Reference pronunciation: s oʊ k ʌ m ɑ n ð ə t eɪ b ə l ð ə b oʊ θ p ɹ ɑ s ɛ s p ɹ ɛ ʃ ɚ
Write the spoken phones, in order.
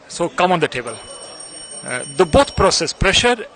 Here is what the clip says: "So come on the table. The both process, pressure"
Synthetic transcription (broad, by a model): s oʊ k ʌ m ɑ n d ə t eɪ b ə l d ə b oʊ t p ɹ ɑ s ɛ s p ɹ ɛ ʃ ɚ